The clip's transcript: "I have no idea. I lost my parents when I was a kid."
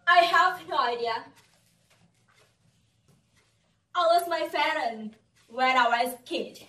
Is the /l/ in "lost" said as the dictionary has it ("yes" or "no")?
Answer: no